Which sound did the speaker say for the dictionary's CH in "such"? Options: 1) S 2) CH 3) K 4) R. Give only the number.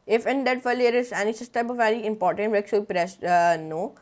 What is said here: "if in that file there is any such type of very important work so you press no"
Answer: 1